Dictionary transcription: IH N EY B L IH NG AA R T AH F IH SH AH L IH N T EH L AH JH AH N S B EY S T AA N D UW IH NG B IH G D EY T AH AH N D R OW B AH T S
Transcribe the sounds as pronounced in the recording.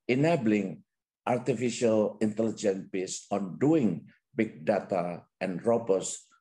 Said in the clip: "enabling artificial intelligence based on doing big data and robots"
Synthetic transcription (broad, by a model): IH N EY B L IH NG AA R T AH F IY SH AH L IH N T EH L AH JH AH N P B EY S AA N D UW IH NG B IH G D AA T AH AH N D R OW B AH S